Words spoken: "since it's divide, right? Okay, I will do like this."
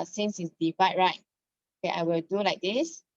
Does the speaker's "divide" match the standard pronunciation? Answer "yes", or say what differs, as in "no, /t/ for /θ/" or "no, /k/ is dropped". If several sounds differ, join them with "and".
no, /f/ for /v/